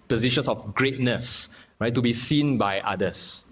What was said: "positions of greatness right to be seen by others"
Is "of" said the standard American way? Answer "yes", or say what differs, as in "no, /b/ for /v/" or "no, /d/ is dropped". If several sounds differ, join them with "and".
no, /f/ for /v/